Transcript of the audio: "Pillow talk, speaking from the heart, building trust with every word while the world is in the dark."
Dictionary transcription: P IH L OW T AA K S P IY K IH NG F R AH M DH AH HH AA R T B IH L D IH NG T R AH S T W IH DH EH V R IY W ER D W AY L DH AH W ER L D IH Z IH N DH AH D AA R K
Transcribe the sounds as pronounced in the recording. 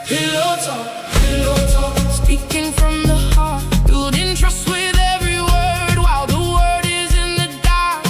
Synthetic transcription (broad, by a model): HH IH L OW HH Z S P IY K IH NG F R AH M DH AH HH AA R T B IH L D IH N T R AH S T W IH DH EH V R IY W ER D W AY L DH AH W ER D IH Z IH N DH AH D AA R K